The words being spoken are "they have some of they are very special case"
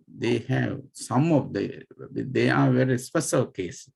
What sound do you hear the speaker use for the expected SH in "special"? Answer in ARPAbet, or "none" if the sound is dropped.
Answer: S